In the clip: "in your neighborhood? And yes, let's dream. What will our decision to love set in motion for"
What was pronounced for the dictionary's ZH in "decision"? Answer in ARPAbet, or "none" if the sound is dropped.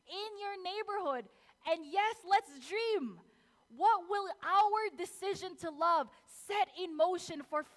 ZH